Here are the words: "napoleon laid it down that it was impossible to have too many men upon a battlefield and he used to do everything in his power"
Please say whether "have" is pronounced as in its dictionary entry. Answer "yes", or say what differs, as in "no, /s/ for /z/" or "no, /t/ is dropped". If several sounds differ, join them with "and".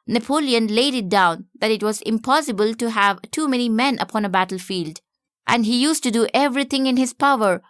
yes